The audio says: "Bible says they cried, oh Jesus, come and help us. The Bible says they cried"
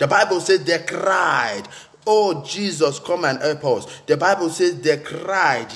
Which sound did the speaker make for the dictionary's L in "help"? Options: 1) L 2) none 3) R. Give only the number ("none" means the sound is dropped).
2